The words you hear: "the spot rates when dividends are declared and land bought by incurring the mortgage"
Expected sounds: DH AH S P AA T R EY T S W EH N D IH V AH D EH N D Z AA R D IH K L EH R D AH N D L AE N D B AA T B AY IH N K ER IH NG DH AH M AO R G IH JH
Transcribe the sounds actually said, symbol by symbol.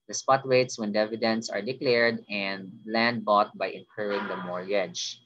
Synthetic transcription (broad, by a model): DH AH S P AA T W EY T S W EH N D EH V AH D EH N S AA R D IH K L EH R D AH N D L AE N D B AA T B AY IH N K ER IH NG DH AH M AO R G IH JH